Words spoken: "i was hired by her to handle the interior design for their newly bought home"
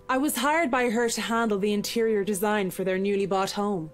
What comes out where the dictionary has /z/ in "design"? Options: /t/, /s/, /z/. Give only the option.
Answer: /z/